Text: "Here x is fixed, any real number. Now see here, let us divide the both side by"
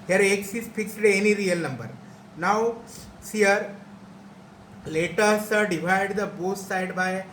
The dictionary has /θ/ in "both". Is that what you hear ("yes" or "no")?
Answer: no